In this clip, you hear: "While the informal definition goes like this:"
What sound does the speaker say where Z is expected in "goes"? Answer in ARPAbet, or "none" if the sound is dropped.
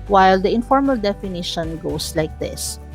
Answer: S